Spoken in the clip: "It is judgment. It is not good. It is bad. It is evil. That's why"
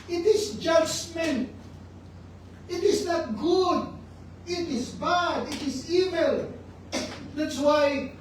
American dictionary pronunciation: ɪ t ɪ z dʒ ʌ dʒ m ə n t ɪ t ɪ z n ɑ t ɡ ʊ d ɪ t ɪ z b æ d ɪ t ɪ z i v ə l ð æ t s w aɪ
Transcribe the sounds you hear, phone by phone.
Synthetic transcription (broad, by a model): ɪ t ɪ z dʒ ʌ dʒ m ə n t ɪ t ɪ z n ɑ t ɡ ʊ d ɪ t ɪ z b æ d ɪ t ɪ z i v ə l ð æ t s w aɪ